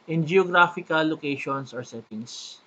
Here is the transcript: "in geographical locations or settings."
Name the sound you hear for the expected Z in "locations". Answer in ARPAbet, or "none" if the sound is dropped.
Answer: S